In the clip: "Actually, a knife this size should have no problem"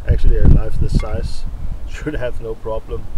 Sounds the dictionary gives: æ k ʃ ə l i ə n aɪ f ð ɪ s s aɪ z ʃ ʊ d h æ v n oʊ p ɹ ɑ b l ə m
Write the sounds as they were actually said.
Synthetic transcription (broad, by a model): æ k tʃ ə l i ə l aɪ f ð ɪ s s aɪ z ʃ ʊ d h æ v n oʊ p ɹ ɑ b l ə m